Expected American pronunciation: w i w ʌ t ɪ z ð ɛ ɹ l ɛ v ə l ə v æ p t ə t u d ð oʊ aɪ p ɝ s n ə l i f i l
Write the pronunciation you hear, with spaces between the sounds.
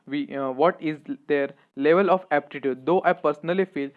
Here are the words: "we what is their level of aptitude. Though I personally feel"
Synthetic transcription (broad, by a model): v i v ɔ t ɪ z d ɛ ɹ l ɛ v ə l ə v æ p t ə t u d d oʊ aɪ p ɝ s n ə l i f i l